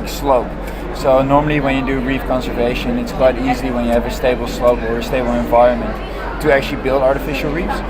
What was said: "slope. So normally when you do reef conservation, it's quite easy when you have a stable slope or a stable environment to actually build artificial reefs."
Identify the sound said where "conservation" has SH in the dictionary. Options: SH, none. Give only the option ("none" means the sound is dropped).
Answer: SH